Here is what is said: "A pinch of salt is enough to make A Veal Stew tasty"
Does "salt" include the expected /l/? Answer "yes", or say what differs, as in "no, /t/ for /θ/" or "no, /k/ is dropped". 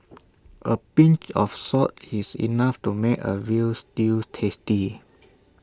no, /l/ is dropped